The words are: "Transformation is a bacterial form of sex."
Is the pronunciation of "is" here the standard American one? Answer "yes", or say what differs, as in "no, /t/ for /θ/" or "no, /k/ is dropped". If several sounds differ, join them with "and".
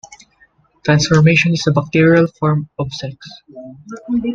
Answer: no, /s/ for /z/